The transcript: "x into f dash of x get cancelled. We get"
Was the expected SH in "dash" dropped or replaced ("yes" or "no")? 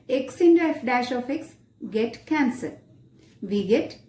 no